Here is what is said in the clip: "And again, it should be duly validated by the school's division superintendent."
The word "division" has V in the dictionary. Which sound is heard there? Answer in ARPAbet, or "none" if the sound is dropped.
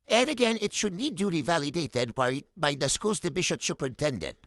B